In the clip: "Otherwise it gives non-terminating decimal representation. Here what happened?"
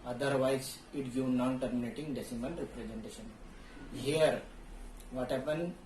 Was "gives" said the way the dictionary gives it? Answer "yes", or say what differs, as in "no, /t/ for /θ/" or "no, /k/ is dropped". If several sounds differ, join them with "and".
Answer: no, /z/ is dropped